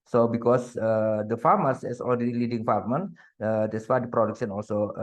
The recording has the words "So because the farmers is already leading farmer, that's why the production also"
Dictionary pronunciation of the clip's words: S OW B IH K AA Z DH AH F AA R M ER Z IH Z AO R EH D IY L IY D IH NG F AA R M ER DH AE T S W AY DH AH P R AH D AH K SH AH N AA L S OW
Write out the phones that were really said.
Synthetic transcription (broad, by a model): S OW B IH K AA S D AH F AA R M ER S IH S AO L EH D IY L IY D IH NG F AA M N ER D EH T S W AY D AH P R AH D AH K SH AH N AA L S OW